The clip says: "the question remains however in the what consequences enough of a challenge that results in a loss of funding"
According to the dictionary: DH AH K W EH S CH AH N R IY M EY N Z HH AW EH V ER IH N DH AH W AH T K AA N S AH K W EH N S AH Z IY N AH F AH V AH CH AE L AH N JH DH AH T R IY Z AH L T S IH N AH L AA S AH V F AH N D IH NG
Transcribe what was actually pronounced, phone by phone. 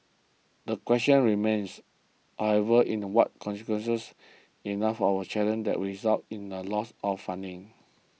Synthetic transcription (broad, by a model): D AH K W EH S CH AH N R IY M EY N S HH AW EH V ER IH N W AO T K AA N S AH K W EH N S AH S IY N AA F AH W AH CH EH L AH N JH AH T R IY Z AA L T IH N AH L AA S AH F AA N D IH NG